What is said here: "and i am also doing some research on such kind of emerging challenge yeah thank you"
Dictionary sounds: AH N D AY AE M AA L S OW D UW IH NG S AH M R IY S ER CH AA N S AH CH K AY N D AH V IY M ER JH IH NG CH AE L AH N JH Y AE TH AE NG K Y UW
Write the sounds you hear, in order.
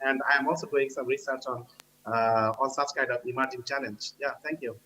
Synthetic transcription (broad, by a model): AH N D AY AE M AA L S OW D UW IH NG S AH M R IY S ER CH AA N S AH S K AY D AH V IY M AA JH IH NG CH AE L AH N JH Y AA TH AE NG K Y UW